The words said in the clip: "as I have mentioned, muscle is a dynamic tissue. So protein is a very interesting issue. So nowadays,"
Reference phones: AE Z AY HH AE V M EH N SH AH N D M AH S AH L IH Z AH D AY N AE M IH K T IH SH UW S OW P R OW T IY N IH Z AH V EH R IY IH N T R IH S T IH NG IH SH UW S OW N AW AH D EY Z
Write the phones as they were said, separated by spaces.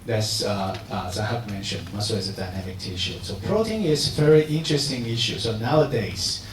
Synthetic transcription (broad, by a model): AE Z AY HH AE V M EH N SH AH N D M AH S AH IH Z AH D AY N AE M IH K T IH SH UW S OW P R OW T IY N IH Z AH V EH R IY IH N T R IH S T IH NG IH SH UW S OW N AW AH D EY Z